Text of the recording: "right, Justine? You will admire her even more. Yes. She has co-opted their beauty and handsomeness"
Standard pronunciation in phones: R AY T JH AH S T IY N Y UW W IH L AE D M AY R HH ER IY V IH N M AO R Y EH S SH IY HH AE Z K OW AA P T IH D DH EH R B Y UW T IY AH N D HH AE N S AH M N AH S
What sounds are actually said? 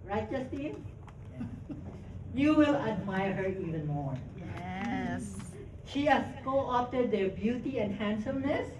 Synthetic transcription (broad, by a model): R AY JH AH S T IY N Y UW W IH L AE D M AY R HH ER IY V IH N M AO R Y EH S SH IY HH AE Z K OW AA F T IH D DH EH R B Y UW T IY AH N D HH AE N S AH M N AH S